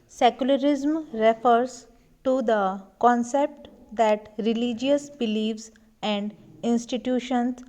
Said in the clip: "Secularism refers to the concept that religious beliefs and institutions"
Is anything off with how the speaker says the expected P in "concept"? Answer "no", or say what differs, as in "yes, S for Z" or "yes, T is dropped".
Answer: no